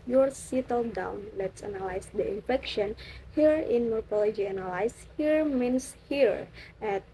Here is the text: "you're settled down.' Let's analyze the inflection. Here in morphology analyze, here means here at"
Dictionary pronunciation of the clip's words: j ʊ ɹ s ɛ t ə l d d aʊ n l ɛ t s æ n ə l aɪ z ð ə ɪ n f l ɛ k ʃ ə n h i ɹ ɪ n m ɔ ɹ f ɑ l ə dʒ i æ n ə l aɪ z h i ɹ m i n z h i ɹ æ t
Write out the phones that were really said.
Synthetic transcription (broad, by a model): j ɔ ɹ s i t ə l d d aʊ n l ɛ t s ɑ n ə l aɪ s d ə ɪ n f ɛ k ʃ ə n h i ɹ ɪ n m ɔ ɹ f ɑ l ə dʒ i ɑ n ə l aɪ s h i ɹ m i n s h i ɹ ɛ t